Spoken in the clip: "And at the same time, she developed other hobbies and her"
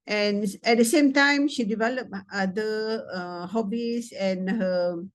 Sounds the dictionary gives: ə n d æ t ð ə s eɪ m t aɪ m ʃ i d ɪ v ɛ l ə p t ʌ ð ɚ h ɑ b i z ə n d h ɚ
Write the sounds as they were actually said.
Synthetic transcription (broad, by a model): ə n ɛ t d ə s eɪ m t aɪ m ʃ i d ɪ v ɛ l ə p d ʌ ɚ h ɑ b i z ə n h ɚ